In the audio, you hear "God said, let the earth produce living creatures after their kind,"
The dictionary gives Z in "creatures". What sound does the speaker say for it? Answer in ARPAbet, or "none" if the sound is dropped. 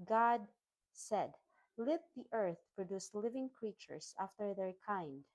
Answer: S